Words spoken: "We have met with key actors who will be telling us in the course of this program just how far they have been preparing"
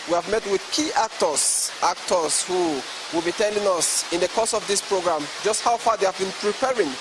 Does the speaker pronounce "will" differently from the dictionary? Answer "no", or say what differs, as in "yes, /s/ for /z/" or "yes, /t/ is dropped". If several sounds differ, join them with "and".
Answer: no